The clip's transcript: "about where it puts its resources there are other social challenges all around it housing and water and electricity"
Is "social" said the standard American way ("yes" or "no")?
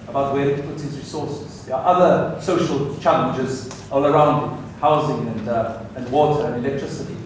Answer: yes